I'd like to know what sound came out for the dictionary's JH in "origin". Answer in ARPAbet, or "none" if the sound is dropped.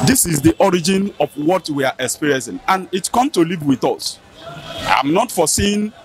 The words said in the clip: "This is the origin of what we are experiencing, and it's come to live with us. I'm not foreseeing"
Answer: JH